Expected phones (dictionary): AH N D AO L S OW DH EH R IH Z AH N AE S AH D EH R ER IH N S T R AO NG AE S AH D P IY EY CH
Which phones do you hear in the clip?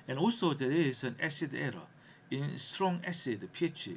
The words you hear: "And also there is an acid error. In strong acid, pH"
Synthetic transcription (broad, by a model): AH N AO S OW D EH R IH S AH N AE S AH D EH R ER IH N S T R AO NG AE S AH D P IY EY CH